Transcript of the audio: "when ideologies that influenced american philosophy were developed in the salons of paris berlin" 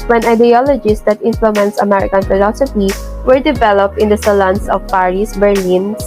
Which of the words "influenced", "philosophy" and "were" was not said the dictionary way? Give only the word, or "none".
influenced